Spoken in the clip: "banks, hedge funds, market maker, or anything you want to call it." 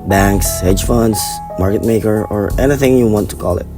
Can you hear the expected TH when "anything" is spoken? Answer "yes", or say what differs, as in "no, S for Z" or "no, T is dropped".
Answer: yes